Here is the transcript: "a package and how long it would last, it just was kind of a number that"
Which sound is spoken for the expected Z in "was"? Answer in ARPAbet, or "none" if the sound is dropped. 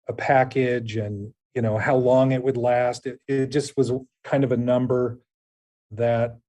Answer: Z